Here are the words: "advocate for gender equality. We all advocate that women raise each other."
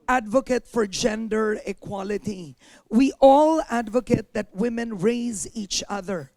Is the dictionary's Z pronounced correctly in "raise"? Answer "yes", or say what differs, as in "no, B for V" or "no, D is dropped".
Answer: yes